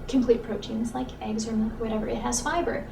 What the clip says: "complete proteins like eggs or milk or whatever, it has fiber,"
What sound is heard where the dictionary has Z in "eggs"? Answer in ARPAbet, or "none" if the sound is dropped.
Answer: Z